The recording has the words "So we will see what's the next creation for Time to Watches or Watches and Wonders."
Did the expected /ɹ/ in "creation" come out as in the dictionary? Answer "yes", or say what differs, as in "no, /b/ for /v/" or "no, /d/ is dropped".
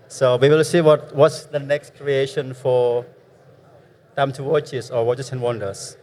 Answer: yes